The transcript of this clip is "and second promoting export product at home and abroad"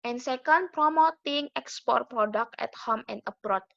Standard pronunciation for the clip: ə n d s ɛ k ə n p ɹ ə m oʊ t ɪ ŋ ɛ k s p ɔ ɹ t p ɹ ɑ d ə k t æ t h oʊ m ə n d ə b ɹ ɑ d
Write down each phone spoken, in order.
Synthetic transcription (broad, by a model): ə n s ɛ k ə n p ɹ ə m oʊ t ɪ ŋ ɛ k s p ɔ ɹ t p ɹ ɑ d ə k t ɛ t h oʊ m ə n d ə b ɹ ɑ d